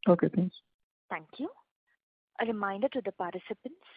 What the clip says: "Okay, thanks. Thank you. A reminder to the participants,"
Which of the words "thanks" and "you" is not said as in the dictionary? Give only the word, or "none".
thanks